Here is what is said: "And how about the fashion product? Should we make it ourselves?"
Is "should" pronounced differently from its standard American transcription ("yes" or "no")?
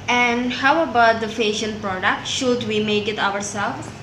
no